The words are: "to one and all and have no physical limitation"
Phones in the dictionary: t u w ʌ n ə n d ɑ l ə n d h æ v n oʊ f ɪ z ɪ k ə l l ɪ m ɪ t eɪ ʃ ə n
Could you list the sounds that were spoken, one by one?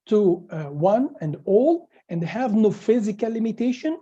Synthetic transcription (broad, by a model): t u w ʌ n ə n d ɑ l ə n d h æ v n oʊ f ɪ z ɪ k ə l l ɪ m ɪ t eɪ ʃ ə n